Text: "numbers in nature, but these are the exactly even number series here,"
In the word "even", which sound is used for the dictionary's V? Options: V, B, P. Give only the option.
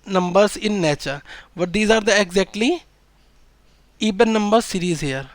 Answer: B